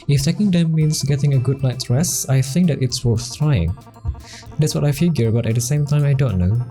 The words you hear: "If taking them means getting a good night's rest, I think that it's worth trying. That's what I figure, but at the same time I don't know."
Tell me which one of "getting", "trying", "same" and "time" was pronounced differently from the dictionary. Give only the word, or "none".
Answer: none